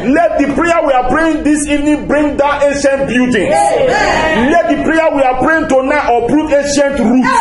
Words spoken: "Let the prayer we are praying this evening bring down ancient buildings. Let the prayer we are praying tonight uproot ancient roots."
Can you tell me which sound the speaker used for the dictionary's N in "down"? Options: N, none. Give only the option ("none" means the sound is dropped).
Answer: none